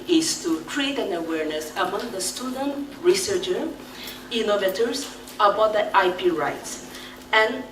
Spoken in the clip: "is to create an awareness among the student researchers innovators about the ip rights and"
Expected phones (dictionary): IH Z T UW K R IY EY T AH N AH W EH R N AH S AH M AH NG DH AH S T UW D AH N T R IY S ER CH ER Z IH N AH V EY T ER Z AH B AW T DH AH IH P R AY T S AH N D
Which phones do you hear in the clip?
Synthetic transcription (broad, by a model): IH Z T UW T R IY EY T AH N AH W EH R N AH S AH M AH NG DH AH S T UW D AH N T R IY S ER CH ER IH N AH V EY T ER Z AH B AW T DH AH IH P R AY T S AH N